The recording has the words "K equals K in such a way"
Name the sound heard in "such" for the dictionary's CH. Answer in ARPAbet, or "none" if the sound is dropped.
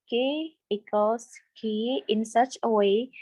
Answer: CH